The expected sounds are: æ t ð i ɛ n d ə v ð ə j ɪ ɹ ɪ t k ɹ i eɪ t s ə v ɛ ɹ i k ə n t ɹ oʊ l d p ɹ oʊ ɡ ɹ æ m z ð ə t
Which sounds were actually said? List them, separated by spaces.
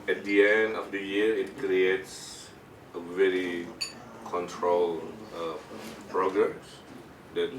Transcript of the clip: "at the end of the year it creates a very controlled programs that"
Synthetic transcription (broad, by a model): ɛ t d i ɛ n d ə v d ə j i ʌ ɪ t k ɹ i eɪ t s ə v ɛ ɹ i k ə n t ɹ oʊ l p ɹ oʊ ɡ ɹ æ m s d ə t